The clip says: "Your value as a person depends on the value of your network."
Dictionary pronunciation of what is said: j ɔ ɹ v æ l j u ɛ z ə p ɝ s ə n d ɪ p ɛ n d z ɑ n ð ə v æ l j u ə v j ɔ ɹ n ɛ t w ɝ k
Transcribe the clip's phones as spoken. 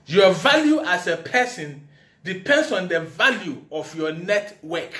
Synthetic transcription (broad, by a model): j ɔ v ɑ l j u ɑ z ə p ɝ s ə n d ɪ p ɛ n d s ɑ n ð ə v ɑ l j u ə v j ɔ n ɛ t w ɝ k